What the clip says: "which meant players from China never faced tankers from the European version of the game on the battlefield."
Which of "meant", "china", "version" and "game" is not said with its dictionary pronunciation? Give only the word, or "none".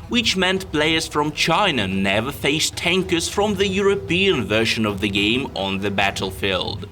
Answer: version